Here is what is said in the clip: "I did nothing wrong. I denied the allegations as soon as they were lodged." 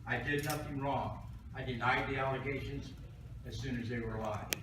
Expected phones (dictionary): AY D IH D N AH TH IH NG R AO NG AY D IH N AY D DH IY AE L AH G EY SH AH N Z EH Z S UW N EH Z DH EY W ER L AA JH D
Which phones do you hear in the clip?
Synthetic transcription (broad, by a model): AY D IH D N AH TH IH NG R AO NG AY D IH N AY D DH IY AE L AH G EY SH AH N Z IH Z S UW N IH Z DH EY W ER L AA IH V